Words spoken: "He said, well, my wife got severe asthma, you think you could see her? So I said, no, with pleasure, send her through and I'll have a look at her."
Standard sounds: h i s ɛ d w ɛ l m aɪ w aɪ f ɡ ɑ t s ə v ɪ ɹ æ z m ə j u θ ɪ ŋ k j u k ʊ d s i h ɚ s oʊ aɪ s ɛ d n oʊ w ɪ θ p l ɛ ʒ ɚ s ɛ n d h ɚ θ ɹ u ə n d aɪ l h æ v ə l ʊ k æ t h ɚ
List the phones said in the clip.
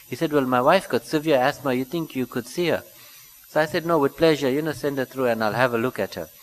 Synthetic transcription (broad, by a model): h i s ɛ d w ɛ l m aɪ w aɪ f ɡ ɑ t s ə v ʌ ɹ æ s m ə j u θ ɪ ŋ k j u k ʊ d s i h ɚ s oʊ aɪ s ɛ d n oʊ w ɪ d p l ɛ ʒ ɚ s ɛ n d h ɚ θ ɹ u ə n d aɪ l h æ v ə l ʊ k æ t h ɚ